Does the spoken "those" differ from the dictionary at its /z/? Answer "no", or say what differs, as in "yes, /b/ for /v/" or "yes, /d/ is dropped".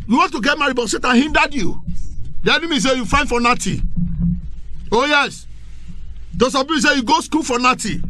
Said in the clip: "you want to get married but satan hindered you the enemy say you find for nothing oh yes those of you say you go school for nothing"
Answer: yes, /s/ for /z/